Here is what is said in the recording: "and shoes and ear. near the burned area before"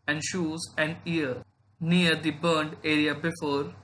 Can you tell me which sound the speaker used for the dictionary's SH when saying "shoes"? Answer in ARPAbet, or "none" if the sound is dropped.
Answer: SH